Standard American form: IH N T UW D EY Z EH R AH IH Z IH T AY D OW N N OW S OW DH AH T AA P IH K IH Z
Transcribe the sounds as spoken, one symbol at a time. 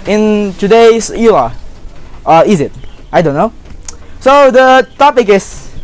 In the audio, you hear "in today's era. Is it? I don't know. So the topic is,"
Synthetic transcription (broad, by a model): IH N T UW D EY S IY L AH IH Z IH T AY D OW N N OW S OW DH AH T AA P IH K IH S